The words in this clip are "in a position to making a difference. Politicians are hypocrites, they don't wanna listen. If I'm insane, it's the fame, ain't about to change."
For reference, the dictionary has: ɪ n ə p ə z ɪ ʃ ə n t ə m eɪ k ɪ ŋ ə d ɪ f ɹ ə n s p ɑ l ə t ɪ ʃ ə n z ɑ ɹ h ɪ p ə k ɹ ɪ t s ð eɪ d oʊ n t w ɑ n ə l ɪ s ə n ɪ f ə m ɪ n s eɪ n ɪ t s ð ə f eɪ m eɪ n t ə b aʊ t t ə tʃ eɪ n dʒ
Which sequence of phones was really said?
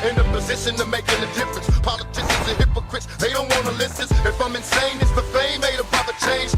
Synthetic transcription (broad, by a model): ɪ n ə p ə z ɪ ʃ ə n t ə m eɪ k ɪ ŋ ə d ɪ f ɹ ə n s p ɑ l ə t ɪ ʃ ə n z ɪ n h ɪ p ə k ɹ ɪ t s ð eɪ d oʊ n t w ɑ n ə l ɪ s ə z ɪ f ə m ɪ n s eɪ n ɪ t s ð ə f eɪ m eɪ t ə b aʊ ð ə tʃ eɪ n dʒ